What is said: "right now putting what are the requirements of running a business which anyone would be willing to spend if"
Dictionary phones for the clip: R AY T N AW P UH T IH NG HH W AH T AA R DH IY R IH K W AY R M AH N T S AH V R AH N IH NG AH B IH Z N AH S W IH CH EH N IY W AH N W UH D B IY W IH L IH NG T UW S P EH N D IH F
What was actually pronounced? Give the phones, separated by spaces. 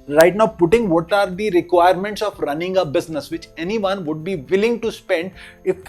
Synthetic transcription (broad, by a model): R AY T N AW P UH T IH NG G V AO T AA R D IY R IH K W AY R M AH N T S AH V R AH N IH NG AH B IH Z N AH S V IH CH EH N IY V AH N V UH D B IY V IH L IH NG T UW S P EH N D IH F